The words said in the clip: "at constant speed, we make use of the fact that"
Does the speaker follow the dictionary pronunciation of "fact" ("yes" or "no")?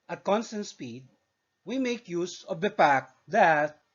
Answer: no